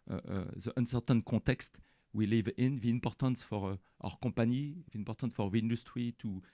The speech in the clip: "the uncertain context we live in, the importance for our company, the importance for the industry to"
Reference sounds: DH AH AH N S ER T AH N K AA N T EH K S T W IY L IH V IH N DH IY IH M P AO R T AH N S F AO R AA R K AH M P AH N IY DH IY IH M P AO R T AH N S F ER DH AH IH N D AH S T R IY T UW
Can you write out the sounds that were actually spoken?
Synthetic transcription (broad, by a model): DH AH AH N S ER T AH N K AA T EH K S T W IY L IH V IH N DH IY IH M P AO R T AH N S F AO R AA R K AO P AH N IY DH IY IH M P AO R T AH N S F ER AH IH N D AH S T R IY T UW